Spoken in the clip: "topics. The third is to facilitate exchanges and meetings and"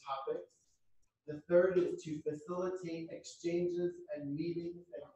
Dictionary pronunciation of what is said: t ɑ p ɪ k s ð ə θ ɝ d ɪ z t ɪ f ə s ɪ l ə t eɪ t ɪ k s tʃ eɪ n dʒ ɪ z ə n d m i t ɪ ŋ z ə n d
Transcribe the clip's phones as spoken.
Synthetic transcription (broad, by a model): ɑ p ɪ k s ð ə θ ɝ d ɪ z t ɪ f ə s ɪ l ə t eɪ t ɪ k s tʃ eɪ n dʒ ɪ z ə n m i t ɪ ŋ z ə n